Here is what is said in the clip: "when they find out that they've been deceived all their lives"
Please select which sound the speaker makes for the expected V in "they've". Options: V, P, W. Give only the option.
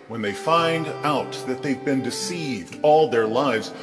V